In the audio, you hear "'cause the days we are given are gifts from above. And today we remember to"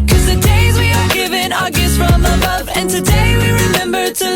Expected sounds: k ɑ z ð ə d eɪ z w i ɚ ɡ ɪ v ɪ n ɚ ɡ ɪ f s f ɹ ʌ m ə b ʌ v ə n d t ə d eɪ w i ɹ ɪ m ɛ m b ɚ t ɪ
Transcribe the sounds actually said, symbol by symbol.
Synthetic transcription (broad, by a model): k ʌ z ð ə d eɪ z w i ɚ ɡ ɪ v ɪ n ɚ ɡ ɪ s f ɹ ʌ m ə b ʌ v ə n t ə d eɪ w i ɹ ɪ m ɛ m b ɚ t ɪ